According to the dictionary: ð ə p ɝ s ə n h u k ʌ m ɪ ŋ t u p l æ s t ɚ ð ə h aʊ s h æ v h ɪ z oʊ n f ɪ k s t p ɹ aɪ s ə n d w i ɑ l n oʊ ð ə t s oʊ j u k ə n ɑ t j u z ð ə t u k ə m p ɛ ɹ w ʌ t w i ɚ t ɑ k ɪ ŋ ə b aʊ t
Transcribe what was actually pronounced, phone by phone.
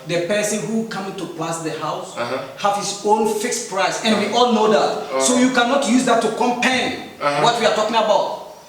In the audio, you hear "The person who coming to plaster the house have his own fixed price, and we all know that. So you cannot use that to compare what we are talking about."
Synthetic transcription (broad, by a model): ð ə p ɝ s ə n h u k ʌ m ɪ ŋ t u p l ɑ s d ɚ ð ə h aʊ s h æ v h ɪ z oʊ n f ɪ k s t p ɹ aɪ s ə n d w i ɑ l n oʊ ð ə t s oʊ j u k ə n ɑ t j u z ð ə t u k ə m p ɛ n w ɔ t w i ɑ t ɑ k ɪ ŋ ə b aʊ t